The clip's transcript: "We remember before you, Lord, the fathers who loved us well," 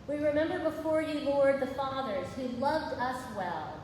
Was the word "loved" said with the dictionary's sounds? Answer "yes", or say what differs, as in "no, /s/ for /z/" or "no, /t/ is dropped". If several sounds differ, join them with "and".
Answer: yes